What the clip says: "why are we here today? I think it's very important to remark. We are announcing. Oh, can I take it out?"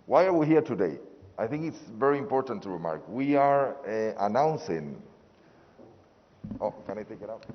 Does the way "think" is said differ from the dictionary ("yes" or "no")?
no